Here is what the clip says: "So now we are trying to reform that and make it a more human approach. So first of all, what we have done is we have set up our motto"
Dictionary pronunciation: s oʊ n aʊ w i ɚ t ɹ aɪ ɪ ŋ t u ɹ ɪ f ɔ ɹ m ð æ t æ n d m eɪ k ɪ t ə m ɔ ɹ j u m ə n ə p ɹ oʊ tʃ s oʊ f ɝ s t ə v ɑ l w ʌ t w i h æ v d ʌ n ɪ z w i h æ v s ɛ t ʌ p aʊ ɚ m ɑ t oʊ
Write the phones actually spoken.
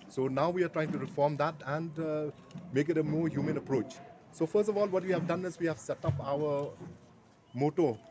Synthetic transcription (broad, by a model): s oʊ n aʊ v i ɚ t ɹ aɪ ɪ ŋ t u ɹ ɪ f ɔ ɹ m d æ t æ n d m eɪ k ɪ t ə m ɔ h j u m ə n ə p ɹ oʊ tʃ s oʊ f ɝ s t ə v ɑ l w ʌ t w i h æ v d ʌ n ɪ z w i h æ v s ɛ t ʌ p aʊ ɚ m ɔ t oʊ